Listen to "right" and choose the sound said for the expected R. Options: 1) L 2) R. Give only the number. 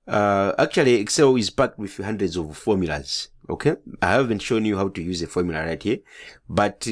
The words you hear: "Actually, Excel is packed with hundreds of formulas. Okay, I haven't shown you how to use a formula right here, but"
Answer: 2